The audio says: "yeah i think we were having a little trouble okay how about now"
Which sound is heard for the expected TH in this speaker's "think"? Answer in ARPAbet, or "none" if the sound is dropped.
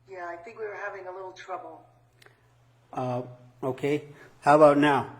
TH